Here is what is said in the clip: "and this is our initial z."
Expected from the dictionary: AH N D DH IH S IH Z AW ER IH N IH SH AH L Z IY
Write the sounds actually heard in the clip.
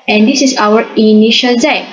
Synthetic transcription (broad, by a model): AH N D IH S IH S AW ER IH N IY SH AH L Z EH